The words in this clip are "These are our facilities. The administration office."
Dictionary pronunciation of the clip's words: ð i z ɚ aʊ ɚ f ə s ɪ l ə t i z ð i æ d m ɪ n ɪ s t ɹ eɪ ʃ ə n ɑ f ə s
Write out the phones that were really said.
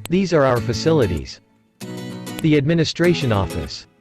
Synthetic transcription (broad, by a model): ð i z ɚ aʊ ɚ f ə s ɪ l ə t i z ð i æ d m ɪ n ɪ s t ɹ eɪ ʃ ə n ɑ f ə s